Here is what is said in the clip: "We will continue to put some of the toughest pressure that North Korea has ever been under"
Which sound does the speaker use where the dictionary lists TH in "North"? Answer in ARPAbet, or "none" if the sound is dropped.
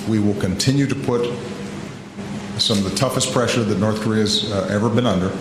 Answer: TH